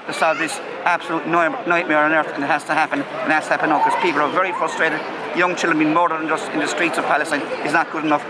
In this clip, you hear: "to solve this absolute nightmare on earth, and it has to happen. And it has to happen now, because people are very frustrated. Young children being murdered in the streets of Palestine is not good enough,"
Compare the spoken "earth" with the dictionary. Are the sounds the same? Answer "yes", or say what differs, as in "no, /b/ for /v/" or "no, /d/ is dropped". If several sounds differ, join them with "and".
yes